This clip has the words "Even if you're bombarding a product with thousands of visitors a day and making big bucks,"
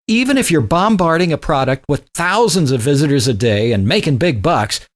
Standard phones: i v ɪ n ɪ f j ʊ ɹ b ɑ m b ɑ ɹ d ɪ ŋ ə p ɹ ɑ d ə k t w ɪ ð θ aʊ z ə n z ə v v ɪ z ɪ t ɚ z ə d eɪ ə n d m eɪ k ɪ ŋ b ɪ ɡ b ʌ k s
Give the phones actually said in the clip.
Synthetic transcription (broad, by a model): i v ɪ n ɪ f j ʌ ɹ b ɑ m b ɑ ɹ d ɪ ŋ ə p ɹ ɑ d ə k t w ɪ ð θ aʊ z ə n z ə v v ɪ z ɪ t ɚ z ə d eɪ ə n m eɪ k ɪ ŋ b ɪ ɡ b ʌ k s